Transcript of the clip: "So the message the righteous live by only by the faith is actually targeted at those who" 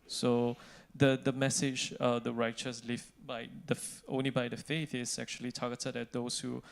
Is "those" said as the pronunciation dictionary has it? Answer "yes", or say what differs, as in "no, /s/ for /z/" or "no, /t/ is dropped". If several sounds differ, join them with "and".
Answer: no, /s/ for /z/